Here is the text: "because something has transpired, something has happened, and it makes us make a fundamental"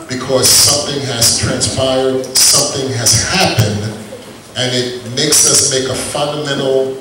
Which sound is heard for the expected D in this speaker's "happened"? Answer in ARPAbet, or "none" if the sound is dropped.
D